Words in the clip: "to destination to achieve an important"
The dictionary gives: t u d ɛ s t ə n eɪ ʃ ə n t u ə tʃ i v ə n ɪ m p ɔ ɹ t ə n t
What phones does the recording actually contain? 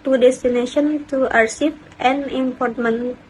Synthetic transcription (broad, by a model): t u d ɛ s t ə n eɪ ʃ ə n t u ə s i f ə n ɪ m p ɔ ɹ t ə n